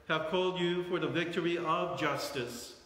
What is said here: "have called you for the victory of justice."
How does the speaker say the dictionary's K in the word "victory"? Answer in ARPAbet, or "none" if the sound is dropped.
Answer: K